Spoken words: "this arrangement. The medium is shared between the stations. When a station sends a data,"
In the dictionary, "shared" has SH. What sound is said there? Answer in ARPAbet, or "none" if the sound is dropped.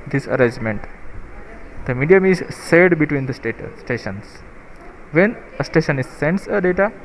S